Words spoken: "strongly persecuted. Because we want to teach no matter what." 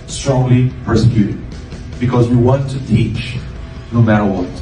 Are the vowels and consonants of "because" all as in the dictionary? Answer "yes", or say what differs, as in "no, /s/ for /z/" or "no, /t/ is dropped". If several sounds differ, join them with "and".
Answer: yes